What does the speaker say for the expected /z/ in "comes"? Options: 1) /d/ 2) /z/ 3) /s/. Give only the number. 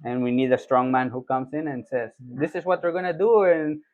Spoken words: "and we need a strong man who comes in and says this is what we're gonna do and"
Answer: 3